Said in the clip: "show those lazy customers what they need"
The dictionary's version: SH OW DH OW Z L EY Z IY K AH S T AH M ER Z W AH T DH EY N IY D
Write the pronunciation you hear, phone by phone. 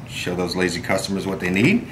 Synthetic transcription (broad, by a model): SH OW DH OW Z L EY Z IY K AH S T AH M ER Z W AH T DH EY N IY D